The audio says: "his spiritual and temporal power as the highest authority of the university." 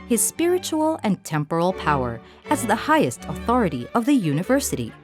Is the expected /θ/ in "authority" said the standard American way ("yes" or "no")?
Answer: yes